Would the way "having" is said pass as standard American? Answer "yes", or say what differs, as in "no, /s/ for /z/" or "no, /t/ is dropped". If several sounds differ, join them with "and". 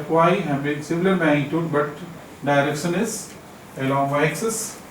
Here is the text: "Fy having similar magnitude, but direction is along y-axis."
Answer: no, /b/ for /v/